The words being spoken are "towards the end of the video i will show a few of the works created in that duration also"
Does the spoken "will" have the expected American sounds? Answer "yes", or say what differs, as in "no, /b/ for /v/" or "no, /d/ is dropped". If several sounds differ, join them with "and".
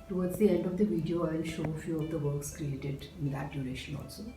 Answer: no, /n/ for /l/